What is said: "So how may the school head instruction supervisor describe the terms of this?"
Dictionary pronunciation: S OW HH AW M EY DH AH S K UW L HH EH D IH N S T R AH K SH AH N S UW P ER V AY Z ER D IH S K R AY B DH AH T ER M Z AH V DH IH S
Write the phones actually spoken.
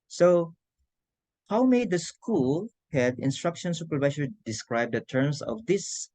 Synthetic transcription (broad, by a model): S OW HH AW M EY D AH S K UW L HH EH D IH N S T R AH K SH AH N S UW P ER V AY S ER D IH S K R AY B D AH T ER M S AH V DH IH S